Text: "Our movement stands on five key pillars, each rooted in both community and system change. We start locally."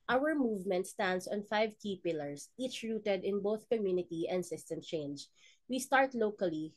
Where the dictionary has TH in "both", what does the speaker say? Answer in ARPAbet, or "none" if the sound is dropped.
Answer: TH